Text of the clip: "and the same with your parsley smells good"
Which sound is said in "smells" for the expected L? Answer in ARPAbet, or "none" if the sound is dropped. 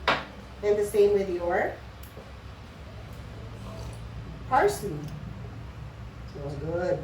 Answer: none